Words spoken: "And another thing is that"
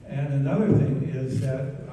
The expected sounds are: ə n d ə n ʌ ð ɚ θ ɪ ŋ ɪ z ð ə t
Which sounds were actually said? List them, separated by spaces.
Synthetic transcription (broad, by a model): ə n ə n ʌ ð ɚ θ ɪ ŋ ɪ z ð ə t